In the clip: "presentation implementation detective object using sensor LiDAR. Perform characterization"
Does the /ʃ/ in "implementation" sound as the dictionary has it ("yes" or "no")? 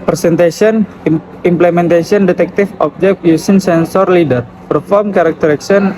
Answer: no